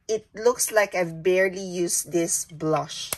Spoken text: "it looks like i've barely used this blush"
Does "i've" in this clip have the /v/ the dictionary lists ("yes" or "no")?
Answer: yes